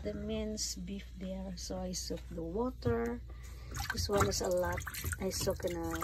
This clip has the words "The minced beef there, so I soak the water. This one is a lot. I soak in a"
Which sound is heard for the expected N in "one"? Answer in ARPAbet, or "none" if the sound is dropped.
L